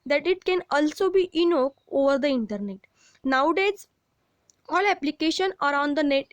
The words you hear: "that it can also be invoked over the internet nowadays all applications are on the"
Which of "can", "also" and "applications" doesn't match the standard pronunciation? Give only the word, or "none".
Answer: applications